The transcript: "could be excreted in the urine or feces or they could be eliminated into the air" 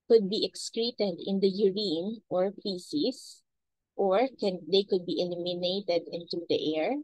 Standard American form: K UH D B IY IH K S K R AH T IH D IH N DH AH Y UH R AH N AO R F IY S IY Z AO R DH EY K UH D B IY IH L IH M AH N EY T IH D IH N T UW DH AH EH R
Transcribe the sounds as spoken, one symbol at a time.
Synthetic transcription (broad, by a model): K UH D B IY IH K S K R AH T IH D IH N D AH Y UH R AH N AO R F IY S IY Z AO R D EY K UH D B IY IH L IH M AH N EY T IH D IH N T UW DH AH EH R